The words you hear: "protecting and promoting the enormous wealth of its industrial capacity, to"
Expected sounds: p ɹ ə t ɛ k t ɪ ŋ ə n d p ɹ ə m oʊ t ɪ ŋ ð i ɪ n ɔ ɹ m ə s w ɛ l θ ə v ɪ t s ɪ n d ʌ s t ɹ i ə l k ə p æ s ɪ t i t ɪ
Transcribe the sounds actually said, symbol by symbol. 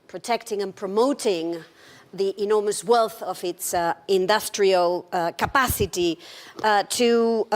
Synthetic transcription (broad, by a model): p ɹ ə t ɛ k t ɪ ŋ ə n p ɹ ə m oʊ t ɪ ŋ ð i ɪ n ɔ ɹ m ə s w ɛ l θ ə v ɪ t s ɪ n d ʌ s t ɹ i ə l k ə p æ s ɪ t i t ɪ